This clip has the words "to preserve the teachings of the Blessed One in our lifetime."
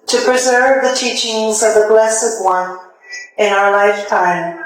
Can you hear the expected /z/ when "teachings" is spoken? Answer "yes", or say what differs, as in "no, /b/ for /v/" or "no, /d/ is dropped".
yes